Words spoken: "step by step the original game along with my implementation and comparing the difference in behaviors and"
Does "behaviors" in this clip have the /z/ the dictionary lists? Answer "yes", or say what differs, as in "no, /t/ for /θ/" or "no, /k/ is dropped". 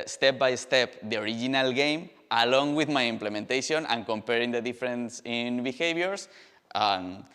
no, /s/ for /z/